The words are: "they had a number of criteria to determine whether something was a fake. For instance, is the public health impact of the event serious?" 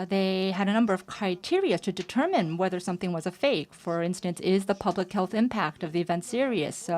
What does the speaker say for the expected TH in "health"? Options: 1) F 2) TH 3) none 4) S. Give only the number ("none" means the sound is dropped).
2